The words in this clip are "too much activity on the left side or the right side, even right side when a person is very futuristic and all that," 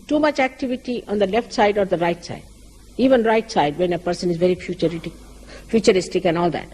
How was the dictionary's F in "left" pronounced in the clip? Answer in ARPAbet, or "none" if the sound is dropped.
F